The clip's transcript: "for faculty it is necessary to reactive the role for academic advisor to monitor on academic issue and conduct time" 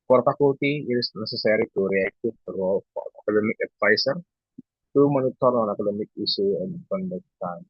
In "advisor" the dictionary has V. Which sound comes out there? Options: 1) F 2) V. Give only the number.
1